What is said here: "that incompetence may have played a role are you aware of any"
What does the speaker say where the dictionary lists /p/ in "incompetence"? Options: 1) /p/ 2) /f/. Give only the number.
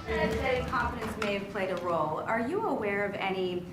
2